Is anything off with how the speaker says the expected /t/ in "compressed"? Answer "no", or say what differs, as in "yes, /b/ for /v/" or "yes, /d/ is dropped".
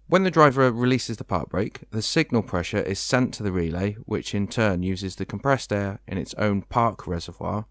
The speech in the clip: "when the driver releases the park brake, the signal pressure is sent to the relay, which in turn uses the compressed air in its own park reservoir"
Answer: no